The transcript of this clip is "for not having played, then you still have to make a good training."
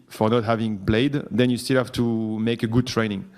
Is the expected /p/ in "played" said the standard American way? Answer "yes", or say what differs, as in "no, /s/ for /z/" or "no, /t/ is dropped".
no, /b/ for /p/